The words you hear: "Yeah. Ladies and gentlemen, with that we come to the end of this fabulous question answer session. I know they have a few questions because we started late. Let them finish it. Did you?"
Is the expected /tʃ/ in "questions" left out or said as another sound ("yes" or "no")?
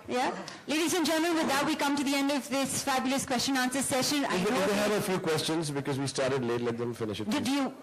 no